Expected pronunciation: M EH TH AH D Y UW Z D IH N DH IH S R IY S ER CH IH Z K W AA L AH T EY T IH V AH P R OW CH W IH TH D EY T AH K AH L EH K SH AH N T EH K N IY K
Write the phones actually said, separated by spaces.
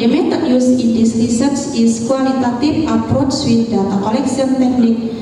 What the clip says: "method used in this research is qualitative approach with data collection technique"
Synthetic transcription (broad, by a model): M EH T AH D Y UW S IH N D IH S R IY S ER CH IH S K W AA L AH T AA T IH F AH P R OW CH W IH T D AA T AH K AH L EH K S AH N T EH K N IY K